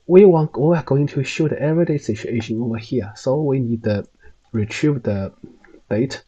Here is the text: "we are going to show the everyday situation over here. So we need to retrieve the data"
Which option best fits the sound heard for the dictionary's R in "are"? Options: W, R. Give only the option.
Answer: W